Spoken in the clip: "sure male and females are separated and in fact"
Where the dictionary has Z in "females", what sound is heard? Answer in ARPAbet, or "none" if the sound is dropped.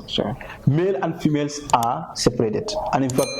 S